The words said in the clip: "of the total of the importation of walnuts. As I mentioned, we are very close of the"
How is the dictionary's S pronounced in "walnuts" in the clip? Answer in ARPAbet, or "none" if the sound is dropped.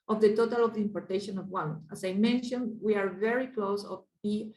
none